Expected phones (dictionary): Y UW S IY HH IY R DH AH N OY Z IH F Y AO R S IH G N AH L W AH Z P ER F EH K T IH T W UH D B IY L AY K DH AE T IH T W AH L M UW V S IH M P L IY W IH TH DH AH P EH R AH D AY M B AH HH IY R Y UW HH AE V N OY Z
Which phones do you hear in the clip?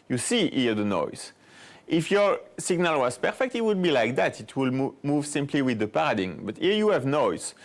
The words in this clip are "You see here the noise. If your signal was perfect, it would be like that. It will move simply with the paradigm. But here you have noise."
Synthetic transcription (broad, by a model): Y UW S IY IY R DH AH N OY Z IH F Y AO R S IH G N AH L W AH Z P ER F EH K T IH T W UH D B IY L AY K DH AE T IH T W AH L M UW V S IH M P L IY W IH DH AH P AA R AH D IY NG B AH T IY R Y UW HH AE V N OY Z